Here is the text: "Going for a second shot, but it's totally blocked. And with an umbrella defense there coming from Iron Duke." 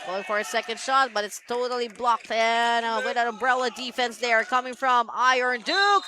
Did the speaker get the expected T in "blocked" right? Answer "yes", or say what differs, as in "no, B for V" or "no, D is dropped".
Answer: yes